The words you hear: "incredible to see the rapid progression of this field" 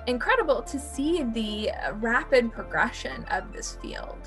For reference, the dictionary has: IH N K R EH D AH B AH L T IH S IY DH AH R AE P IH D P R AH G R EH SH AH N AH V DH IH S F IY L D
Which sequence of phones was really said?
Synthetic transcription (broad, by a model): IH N K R EH D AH B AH L T IH S IY DH AH R AE P IH D P R AH G R EH SH AH N AH V DH IH S F IY L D